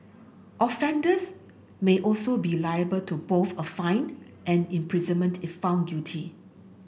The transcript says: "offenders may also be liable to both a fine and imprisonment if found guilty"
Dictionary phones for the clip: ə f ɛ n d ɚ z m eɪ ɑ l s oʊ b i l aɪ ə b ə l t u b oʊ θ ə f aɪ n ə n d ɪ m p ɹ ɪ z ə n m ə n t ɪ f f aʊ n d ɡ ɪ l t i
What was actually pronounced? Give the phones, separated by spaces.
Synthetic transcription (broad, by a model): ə f ɛ n d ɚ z m eɪ ɑ l s oʊ b i l aɪ ə b ə l t u b oʊ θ ə f aɪ n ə n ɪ m p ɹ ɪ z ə n m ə n t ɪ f f aʊ n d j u t i